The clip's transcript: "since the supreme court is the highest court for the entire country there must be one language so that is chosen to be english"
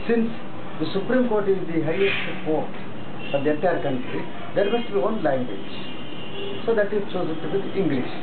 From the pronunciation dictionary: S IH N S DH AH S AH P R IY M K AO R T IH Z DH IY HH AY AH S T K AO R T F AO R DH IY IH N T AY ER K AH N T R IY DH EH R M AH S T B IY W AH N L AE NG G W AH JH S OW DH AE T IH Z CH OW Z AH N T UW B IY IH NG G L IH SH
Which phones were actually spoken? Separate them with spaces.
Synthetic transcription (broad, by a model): S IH N S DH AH S AH P R IY M K AO R T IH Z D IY HH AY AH S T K AO R T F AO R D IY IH T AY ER K AH N T R IY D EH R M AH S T B IY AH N L AE NG G W AH JH S OW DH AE T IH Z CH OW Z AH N T UW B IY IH NG G L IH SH